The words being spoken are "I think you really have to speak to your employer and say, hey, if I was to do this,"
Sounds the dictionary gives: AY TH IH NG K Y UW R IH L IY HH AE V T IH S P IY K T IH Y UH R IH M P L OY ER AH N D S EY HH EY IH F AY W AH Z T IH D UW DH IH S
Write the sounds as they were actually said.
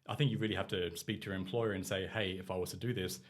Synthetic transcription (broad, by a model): AY TH IH NG K Y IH R IH L IY HH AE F T IH S P IY K T IH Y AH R IH M P L OY ER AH N S EY HH EY IH F AY W AH Z T IH D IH DH IH S